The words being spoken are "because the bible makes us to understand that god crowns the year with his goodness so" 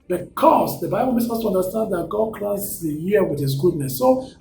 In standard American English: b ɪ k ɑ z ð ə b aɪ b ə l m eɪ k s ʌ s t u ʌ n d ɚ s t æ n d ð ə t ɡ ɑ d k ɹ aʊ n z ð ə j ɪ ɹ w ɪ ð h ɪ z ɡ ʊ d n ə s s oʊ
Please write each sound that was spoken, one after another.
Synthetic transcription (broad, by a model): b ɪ k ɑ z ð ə b aɪ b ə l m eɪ s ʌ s t u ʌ n d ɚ s t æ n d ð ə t ɡ ɑ d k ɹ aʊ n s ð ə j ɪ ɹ w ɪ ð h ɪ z ɡ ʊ d n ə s s oʊ